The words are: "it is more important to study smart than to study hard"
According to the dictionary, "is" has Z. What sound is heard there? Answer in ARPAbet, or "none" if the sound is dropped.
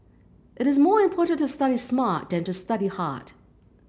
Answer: Z